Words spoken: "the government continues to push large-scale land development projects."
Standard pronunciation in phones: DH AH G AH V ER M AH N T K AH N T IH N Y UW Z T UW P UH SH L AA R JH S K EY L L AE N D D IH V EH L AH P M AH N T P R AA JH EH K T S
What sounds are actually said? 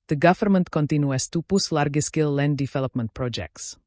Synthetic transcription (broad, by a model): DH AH G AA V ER M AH N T K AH N T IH N Y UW S T UW P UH S L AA R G S K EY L L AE N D D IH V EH L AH P M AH N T P R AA JH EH K T S